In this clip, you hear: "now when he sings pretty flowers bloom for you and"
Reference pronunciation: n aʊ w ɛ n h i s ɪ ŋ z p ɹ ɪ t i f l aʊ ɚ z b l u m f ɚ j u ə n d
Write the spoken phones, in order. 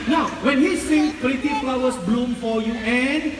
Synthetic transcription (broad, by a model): n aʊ w ɛ n h i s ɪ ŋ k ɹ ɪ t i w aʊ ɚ s b l u m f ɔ j u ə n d